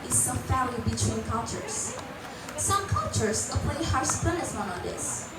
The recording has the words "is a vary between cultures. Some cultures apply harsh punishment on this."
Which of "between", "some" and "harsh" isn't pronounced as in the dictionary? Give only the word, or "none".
harsh